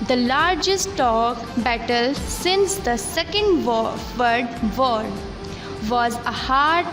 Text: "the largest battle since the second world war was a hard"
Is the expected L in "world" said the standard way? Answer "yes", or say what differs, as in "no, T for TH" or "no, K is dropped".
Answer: no, L is dropped